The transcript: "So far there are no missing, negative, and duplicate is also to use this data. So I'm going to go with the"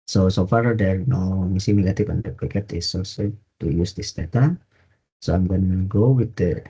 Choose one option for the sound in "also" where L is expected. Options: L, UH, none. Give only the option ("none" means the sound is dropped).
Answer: none